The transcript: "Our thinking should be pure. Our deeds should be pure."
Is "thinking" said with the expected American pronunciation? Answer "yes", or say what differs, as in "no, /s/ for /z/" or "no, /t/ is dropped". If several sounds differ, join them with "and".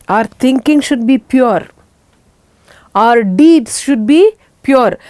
no, /t/ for /θ/